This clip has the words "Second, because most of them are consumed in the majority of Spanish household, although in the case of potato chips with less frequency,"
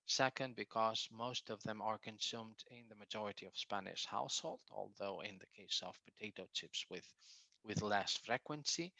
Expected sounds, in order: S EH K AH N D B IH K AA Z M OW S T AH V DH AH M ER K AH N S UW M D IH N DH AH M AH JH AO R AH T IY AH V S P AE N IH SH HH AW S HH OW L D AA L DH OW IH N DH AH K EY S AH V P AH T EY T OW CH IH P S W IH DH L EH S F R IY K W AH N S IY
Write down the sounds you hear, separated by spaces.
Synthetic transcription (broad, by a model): S EH K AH N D B IH K AA Z M OW S T AH V DH AH M ER K AH N S UW M D IH N DH AH M AH JH AO R AH T IY AH V S P AE N IH SH HH AW S HH OW L D AA L DH OW IH N DH AH K EY S AH V P AH T EY T OW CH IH P S W IH DH L EH S F R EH K W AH N S IY